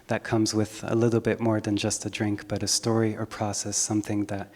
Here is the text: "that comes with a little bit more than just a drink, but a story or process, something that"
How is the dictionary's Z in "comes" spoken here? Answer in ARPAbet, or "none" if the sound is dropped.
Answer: Z